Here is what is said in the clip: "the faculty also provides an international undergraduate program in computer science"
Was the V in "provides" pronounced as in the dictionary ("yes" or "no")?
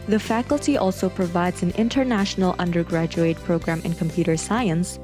yes